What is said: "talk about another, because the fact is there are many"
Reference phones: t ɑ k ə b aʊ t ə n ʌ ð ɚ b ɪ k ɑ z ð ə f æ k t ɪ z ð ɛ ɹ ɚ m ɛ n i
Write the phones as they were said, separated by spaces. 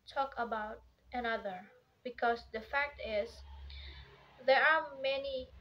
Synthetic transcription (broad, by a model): t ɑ k ə b aʊ t ə n ʌ ð ɚ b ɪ k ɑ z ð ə f æ k t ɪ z ð ɛ ɹ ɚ m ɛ n i